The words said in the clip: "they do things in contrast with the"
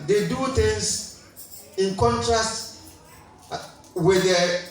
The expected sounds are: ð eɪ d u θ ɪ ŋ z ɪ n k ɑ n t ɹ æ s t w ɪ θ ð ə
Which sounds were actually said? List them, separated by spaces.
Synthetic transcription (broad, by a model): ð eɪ d u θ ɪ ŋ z ɪ n k ɑ n t ɹ æ s t w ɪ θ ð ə